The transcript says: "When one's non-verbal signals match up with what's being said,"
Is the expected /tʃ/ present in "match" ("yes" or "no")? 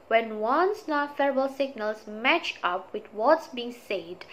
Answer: yes